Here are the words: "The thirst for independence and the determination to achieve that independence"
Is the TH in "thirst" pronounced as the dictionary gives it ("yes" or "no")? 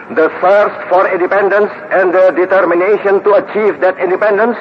no